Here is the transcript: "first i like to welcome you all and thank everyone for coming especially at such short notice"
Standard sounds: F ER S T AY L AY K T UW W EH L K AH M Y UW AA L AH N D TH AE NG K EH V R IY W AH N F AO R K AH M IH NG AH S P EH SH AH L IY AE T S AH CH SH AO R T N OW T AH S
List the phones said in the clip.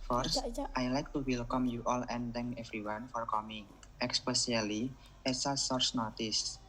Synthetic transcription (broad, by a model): F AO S T AY L AY K T UW W EH L K AH M Y UW AA L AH N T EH NG K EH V R IY W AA N F AO R K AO M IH NG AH S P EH S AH L IY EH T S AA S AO R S N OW T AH S